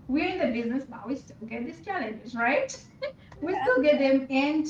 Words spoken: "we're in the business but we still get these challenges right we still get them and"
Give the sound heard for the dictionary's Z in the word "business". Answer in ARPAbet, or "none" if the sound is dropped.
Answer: Z